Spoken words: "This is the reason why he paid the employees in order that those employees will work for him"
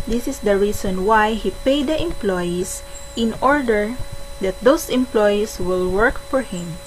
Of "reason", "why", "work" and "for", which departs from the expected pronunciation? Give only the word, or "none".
reason